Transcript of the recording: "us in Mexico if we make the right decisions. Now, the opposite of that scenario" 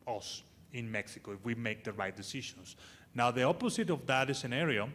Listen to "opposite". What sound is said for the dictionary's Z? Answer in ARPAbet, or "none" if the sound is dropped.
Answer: S